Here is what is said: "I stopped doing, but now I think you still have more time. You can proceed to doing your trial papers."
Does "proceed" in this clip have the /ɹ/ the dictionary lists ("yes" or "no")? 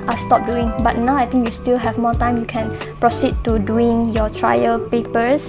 yes